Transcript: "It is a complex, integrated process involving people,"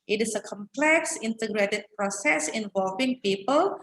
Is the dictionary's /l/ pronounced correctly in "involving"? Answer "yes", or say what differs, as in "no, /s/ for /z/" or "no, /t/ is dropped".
yes